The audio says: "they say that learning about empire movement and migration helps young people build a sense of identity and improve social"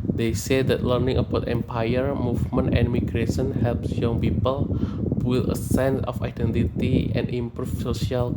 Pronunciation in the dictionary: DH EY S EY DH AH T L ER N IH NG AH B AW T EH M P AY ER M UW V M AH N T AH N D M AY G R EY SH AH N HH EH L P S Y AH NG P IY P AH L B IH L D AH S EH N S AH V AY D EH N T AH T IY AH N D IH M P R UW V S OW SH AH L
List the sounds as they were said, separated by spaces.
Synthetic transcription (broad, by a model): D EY S EY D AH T L ER N IH NG AH B AW T EH M P AY ER M UW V M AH N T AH N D M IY G R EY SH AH N HH EH L P S Y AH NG P IY P AH L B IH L AH S EH N S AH F AY D EH N T AH T IY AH N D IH M P R UW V S OW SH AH L